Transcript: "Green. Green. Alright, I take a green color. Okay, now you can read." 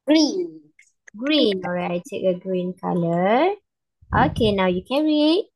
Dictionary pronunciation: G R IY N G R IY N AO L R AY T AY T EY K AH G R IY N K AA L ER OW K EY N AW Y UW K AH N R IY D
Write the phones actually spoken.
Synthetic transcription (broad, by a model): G R IY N G R IY N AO R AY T AY T EY K AH G R IY N K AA L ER OW K EY N AW Y UW K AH R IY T